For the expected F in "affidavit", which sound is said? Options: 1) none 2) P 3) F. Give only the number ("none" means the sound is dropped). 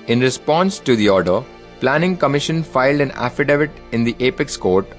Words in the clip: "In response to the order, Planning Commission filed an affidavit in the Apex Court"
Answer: 3